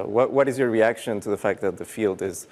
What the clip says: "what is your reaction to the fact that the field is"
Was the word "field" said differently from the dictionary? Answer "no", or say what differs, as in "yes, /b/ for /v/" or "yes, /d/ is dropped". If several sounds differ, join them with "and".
no